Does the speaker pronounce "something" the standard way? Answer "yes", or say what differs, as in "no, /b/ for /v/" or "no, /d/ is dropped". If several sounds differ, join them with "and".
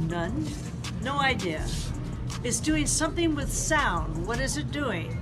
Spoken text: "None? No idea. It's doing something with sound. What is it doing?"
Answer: yes